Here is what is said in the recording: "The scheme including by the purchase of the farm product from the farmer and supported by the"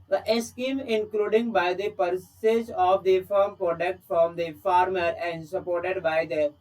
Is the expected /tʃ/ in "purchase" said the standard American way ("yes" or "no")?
no